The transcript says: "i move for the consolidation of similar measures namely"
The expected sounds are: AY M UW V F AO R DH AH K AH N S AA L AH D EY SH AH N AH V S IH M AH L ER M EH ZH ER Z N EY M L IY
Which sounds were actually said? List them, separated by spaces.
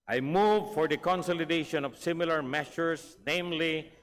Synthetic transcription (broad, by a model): AY M UW V F AO R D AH K AH N S AA L AH D EY SH AH N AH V S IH M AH L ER M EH SH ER S N EY M L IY